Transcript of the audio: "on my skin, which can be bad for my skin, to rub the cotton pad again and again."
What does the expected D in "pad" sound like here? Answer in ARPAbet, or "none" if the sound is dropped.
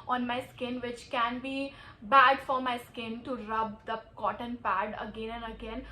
D